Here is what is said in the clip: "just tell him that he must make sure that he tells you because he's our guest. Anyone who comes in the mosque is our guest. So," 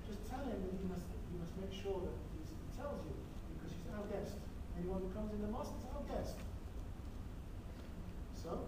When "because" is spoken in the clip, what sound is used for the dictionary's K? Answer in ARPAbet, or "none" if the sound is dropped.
K